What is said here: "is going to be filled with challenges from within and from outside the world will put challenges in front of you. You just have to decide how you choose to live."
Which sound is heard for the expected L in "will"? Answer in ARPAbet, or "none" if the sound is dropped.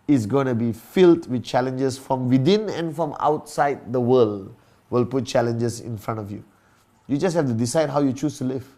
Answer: L